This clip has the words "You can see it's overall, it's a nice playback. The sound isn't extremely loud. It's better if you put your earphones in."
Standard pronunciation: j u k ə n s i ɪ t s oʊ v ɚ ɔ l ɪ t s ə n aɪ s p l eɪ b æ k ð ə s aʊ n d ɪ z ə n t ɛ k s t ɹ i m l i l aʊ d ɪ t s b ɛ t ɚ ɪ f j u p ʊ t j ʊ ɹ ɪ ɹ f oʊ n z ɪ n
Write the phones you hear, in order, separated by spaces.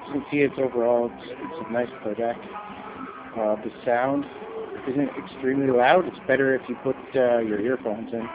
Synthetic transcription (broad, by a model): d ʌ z n s i ɪ t s oʊ v ɚ ɔ l ɪ t s ə n aɪ s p eɪ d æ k ð ə s aʊ n d ɪ z ə n t ɛ k s t ɹ i m l i l aʊ d ɪ t s b ɛ t ɚ ɪ f j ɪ p ʊ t j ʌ ɹ ɪ ɹ f oʊ n z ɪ n